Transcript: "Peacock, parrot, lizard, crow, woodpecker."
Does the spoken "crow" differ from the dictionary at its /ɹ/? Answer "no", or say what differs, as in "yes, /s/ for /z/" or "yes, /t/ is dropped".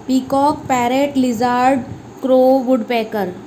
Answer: no